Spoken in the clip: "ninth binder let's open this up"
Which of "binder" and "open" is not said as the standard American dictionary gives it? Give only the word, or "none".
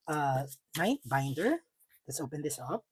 none